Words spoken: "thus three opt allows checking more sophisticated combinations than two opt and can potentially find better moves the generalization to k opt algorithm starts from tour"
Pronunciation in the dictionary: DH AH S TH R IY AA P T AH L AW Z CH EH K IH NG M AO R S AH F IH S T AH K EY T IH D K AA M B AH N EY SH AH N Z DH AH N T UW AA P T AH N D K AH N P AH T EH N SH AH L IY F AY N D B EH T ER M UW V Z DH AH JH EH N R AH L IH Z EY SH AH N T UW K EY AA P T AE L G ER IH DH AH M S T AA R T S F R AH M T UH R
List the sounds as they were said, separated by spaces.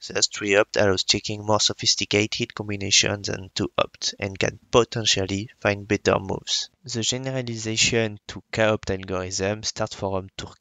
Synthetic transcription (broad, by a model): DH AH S T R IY AA P T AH W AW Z CH EH K IH NG M AO R S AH F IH S T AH K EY T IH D K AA M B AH N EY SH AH N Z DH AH N T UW AA P T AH N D K AH N P AH T EH N SH AH L IY F AY N D B EH T ER M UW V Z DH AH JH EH N R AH L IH Z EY SH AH N T UW K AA AA P T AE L G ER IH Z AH M S T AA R T F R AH M T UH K